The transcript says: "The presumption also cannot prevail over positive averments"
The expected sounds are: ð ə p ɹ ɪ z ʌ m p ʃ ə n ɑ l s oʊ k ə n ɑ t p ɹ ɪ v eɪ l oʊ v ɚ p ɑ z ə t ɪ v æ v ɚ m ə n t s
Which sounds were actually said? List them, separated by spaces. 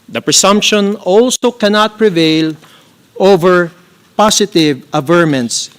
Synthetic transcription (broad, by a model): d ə p ɹ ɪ s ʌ m p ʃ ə n ɑ l s oʊ k ə n ɑ t p ɹ ɪ v eɪ l oʊ v ɚ p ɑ s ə t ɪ v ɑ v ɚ m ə n t s